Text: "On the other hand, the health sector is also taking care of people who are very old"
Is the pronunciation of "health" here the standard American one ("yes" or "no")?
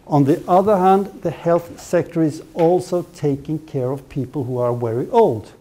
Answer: yes